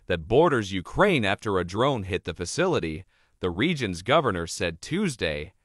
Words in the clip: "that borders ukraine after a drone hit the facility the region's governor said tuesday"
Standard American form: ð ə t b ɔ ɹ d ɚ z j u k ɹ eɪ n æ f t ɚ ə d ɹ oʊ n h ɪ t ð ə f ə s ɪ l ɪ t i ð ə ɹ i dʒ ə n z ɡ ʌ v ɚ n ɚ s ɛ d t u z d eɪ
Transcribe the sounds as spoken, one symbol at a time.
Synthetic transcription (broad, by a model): ð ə t b ɔ ɹ d ɚ z j u k ɹ eɪ n æ f t ɚ ə d ɹ oʊ n h ɪ t ð ə f ə s ɪ l ɪ t i ð ə ɹ i dʒ ə n z ɡ ʌ v ɚ n ɚ s ɛ d t u z d eɪ